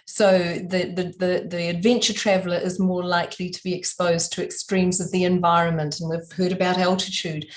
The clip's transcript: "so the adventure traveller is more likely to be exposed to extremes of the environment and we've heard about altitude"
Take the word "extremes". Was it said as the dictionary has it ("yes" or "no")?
yes